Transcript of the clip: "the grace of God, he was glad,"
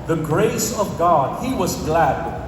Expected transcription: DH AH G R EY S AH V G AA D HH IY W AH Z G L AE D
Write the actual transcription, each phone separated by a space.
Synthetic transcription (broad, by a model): DH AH G R EY S AH V G AA D IY W AH Z G L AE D